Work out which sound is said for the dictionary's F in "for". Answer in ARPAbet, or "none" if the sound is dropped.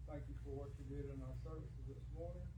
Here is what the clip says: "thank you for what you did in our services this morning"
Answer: F